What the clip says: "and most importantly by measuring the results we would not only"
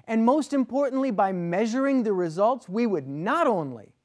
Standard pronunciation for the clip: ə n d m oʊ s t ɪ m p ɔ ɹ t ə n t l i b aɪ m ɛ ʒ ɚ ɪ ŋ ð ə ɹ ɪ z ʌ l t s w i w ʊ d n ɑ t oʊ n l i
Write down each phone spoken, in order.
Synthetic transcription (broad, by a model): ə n m oʊ s t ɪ m p ɔ ɹ t n t l i b aɪ m ɛ ʒ ɚ ɪ ŋ ð ə ɹ ɪ z ʌ l t s w i w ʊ d n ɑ t oʊ n l i